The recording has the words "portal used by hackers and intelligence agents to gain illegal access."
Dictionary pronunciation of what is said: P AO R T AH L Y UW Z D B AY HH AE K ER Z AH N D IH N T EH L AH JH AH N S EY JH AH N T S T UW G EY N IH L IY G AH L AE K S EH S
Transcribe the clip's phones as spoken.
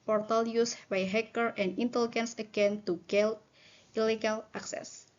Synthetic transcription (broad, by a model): P AO R T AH L Y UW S B AY HH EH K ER AH N D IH N T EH L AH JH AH N S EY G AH N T T UW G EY L IH L IY G AH L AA K S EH S